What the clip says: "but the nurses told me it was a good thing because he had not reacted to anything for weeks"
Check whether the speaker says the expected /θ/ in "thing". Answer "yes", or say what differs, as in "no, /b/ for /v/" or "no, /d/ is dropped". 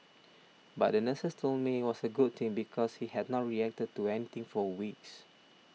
no, /t/ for /θ/